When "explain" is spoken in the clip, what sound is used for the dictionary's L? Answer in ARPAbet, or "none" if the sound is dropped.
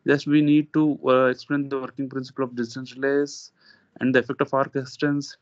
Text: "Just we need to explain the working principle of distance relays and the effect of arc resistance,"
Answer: L